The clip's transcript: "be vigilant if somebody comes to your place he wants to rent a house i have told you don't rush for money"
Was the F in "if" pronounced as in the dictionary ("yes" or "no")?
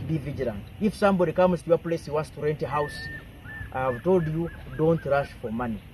yes